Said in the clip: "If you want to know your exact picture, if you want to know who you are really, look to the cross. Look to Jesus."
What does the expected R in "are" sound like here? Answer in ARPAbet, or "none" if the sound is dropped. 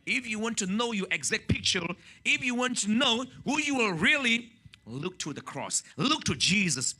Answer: L